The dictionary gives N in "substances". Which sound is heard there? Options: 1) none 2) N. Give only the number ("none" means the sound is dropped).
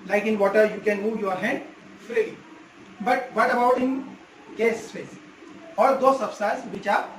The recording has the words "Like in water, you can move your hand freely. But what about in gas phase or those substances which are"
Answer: 1